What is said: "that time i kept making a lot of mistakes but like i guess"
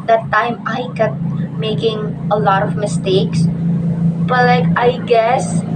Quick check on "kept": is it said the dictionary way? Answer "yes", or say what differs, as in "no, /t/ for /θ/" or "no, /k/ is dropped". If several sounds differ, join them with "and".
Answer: no, /p/ is dropped